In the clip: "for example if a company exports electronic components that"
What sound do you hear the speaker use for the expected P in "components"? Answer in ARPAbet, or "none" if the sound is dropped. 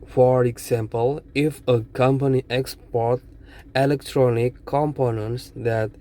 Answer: P